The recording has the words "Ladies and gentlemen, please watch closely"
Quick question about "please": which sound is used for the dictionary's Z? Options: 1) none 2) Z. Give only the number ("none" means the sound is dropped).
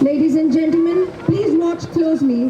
2